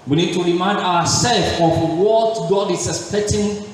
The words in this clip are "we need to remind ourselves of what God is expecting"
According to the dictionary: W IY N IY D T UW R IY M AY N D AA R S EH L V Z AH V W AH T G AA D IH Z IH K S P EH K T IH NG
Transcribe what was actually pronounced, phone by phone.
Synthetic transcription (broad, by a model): W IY N IY D T UW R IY M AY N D AA W S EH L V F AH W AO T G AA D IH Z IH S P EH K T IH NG